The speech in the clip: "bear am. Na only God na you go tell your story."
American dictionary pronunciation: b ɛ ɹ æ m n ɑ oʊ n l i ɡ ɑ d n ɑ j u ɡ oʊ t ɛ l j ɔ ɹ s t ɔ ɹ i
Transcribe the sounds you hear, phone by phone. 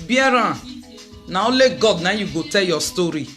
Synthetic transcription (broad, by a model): b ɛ ɹ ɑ n ɑ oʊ l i ɡ ɑ d n ɑ j u ɡ oʊ t ɛ l j ɔ s t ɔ ɹ i